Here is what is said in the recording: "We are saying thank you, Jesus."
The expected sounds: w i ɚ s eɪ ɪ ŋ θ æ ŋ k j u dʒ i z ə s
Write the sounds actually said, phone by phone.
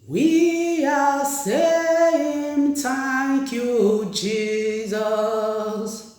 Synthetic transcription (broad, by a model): w i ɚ s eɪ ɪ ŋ t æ k j u dʒ i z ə s